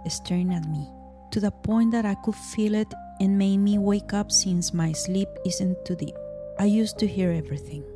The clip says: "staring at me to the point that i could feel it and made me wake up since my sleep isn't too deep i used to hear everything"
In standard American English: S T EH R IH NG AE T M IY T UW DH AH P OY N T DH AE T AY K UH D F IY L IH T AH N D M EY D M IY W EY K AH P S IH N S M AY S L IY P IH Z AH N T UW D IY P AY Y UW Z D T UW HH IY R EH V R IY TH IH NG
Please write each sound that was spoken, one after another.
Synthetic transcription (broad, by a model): S T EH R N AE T M IY T UW DH AH P OY N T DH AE T AY K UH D F IY L IH T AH N M EY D M IY W EY K AH P S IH N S M AY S L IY P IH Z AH N T UW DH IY AY Y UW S T UW HH IY R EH V R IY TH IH NG